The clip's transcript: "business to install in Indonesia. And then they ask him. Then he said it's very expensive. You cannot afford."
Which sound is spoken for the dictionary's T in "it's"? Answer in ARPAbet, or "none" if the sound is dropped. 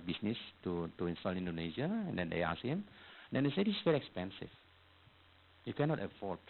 S